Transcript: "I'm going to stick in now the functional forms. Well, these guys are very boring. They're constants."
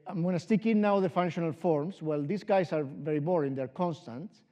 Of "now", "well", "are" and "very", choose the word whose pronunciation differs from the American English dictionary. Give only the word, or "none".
none